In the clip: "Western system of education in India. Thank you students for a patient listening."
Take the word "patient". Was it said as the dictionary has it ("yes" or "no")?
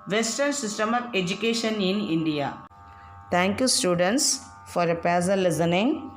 no